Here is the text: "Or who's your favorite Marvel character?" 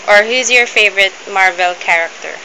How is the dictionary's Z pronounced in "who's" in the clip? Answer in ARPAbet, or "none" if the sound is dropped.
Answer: Z